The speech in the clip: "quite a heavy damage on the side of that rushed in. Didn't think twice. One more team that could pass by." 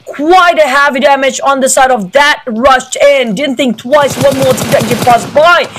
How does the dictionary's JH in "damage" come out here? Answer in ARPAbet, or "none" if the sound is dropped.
JH